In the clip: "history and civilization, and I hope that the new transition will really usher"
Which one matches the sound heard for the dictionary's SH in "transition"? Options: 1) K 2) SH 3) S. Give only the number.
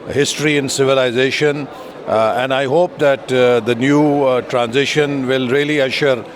2